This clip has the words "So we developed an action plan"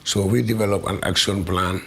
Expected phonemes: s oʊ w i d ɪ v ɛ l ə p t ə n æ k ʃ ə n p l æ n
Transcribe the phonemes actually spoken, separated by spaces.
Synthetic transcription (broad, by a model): s oʊ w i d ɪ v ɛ l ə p ə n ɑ k s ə n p l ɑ n